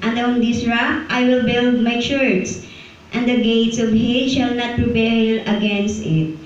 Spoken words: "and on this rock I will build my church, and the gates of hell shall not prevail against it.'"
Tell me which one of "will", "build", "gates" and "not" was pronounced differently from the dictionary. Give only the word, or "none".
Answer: none